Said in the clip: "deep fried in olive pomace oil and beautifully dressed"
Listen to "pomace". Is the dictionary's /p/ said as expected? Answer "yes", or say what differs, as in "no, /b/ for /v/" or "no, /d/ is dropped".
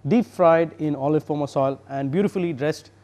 no, /f/ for /p/